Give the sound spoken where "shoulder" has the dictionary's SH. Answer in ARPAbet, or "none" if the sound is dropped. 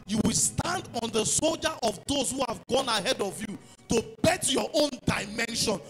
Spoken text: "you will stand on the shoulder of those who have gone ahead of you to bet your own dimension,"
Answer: S